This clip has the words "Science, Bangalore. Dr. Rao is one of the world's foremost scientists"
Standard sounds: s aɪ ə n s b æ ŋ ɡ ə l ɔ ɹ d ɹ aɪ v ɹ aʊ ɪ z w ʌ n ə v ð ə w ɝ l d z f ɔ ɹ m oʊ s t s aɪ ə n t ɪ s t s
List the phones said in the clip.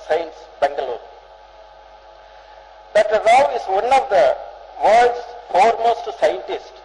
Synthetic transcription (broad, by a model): s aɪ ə n s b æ ŋ ɡ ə l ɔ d aɪ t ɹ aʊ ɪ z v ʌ n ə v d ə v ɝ d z f ɔ ɹ m oʊ s t s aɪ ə n t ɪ s t